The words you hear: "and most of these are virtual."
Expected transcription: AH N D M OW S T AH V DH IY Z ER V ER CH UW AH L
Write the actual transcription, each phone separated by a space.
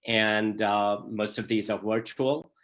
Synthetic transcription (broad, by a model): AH N D M OW S T AH V DH IY Z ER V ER CH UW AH L